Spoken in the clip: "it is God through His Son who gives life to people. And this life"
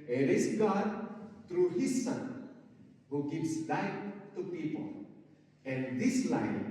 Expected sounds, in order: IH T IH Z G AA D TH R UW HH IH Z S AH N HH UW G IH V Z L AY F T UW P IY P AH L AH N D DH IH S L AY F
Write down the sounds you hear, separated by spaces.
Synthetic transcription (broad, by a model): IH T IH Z G AA D T R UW HH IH S AH N HH UW G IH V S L AY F T UW P IY P AH L AH N D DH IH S L AY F